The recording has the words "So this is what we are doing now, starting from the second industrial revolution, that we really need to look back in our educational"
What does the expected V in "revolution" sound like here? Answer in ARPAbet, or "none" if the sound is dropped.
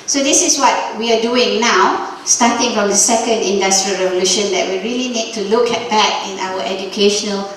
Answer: V